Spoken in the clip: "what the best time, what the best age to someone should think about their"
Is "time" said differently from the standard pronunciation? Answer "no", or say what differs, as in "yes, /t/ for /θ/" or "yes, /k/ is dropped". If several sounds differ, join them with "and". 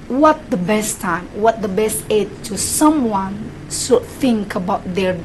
no